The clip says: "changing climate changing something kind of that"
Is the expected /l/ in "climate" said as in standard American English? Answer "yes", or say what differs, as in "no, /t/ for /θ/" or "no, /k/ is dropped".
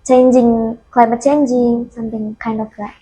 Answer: no, /l/ is dropped